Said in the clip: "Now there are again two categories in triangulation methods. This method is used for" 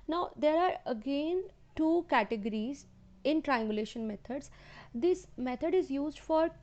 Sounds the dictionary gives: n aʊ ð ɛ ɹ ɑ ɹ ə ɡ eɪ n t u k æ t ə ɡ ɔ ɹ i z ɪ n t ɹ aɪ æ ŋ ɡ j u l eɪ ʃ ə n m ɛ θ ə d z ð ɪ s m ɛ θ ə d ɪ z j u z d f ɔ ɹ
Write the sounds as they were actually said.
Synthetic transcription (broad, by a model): n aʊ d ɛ ɹ ɑ ɹ ə ɡ eɪ n t u k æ t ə ɡ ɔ ɹ i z ɪ n t ɹ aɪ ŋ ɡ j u l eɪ ʃ ə n m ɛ t ə d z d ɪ s m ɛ t ə d ɪ z j u z d f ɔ ɹ